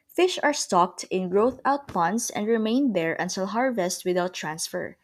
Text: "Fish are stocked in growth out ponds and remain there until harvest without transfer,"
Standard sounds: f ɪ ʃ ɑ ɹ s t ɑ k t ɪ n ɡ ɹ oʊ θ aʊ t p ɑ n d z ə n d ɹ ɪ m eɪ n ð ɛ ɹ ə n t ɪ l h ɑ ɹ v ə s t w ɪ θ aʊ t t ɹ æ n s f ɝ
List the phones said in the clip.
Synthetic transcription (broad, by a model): f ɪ ʃ ɑ ɹ s t ɑ k t ɪ n ɡ ɹ oʊ θ aʊ t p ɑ n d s ə n d ɹ ɪ m eɪ n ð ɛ ɹ ə n t ɪ l h ɑ ɹ v ə s t w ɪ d aʊ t t ɹ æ n s f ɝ